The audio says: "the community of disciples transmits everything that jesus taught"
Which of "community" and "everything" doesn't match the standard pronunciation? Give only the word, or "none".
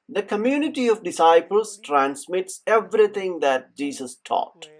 everything